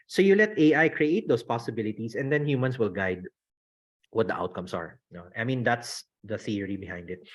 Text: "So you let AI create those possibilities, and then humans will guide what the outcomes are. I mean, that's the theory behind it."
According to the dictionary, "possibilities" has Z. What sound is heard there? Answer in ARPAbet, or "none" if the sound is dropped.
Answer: S